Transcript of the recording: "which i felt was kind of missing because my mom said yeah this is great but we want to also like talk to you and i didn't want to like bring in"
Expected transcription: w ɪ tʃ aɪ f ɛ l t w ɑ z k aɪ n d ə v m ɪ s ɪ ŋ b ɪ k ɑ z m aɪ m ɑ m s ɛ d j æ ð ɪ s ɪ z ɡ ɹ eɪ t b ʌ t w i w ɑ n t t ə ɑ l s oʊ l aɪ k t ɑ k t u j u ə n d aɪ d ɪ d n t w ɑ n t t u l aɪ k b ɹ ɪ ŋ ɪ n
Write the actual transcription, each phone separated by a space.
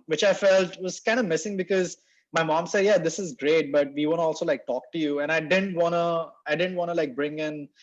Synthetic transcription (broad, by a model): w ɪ tʃ aɪ f ɛ l t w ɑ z k aɪ n d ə m ɪ s ɪ ŋ b ɪ k ɑ z m aɪ m ɑ m s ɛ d j æ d ɪ s ɪ z ɡ ɹ eɪ t b ʌ t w i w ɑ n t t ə ɑ l s oʊ l aɪ k t ɑ k t u j u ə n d aɪ d ɪ d n t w ɑ n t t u l aɪ k b ɹ ɪ ŋ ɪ n